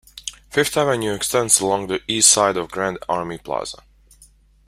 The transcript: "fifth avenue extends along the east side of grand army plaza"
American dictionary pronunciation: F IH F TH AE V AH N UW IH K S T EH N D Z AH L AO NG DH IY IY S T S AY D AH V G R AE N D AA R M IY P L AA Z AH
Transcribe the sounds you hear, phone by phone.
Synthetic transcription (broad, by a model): F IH F T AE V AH N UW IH K S T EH N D S AH L AO NG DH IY IY S T S AY D AH V G R AE N D AA R M IY P L AA Z AH